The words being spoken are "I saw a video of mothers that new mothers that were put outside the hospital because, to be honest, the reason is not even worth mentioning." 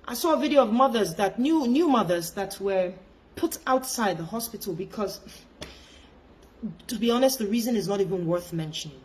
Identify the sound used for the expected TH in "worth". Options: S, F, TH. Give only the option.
TH